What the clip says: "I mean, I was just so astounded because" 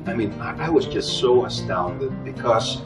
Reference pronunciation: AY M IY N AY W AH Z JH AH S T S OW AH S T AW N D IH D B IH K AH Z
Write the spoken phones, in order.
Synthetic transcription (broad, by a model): AY M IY N AY W AH Z JH AH S T S OW AH S T AW N D IH D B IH K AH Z